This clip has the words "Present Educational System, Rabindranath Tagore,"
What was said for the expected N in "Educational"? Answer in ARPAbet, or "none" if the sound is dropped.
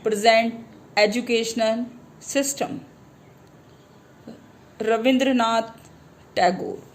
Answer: N